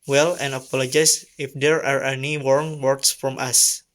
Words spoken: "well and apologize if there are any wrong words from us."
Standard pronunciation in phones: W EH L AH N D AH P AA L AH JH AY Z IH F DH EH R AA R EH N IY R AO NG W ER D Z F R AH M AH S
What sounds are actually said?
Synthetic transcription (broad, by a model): W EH L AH N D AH P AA L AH JH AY S IH F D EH R AA R EH N IY W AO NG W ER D S F R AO M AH S